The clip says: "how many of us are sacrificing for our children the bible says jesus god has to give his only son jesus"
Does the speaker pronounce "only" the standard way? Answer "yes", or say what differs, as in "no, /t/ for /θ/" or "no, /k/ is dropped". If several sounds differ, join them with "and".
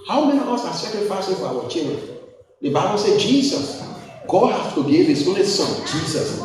yes